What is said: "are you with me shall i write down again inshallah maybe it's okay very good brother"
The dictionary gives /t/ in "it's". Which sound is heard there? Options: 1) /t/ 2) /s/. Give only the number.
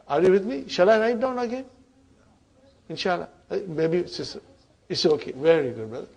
2